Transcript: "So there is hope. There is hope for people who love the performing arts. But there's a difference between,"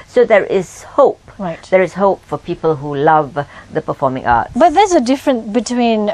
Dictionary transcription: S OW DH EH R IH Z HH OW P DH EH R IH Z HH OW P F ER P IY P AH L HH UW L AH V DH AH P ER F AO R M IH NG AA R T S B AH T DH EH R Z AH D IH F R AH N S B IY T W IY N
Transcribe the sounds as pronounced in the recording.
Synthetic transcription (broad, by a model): S OW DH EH R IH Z HH OW P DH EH R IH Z HH OW P F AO P IY P AH L HH UW L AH V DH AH P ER F AO M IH NG AA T B AH T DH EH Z AH D IH F R AH N S B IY T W IY N